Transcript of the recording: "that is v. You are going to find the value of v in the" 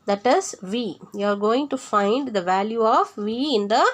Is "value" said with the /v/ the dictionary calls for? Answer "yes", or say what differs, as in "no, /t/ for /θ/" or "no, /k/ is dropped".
yes